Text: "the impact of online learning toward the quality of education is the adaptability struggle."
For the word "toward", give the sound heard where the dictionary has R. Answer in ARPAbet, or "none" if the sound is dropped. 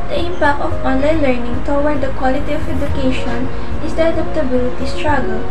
W